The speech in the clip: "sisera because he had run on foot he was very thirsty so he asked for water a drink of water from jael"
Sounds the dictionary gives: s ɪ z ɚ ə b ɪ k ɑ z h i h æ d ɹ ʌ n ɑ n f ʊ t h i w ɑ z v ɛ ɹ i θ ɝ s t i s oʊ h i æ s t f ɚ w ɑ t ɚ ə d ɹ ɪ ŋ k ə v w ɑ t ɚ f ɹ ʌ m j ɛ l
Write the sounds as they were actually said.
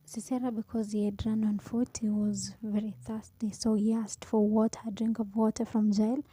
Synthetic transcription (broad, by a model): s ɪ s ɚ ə b ɪ k ɑ z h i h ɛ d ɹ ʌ n ɑ n f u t h i w ɑ z v ɛ ɹ i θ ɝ s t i s oʊ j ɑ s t f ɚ w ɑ t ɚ ə d ɹ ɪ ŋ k ə v w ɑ t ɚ f ɹ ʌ m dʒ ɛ l